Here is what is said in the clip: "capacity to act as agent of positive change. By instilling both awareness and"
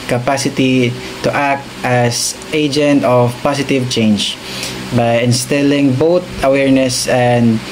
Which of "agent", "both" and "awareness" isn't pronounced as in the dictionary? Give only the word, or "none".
both